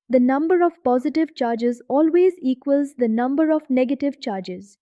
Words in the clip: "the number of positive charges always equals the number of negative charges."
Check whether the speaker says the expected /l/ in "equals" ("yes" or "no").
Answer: yes